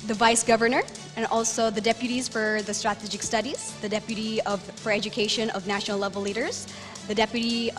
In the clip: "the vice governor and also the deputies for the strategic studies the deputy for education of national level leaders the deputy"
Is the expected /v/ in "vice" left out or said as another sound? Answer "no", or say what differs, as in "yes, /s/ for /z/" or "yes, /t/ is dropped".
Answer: no